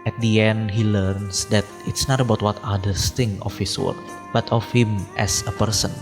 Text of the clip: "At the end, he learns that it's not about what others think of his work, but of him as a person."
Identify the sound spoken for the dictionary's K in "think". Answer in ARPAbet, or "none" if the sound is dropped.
none